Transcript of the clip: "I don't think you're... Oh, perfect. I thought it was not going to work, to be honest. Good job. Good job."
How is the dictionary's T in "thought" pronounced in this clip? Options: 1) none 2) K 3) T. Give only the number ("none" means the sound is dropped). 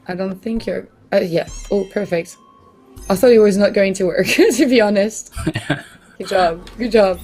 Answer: 1